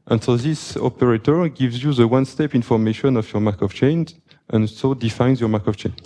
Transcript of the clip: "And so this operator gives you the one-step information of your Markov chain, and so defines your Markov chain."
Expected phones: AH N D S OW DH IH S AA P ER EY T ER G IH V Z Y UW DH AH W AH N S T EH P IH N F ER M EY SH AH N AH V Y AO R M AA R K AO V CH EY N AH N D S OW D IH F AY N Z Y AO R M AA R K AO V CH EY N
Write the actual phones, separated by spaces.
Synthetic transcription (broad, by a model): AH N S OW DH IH S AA P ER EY T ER G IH V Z Y UW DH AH W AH N S T EH P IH N F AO M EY SH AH N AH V Y AO R M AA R K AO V CH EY N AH N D S OW D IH F AY N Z Y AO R M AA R K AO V CH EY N